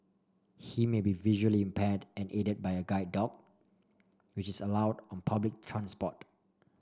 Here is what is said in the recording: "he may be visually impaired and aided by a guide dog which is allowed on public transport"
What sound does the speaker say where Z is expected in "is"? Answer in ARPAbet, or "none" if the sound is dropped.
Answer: S